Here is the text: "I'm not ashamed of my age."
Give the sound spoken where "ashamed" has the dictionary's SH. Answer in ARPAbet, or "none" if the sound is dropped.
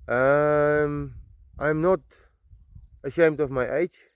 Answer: SH